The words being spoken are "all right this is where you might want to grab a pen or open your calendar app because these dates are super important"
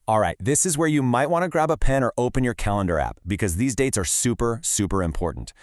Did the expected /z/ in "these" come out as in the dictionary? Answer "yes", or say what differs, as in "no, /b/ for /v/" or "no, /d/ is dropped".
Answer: yes